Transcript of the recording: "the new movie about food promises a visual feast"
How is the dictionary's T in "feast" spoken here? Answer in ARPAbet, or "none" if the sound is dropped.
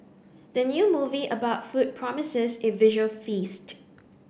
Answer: T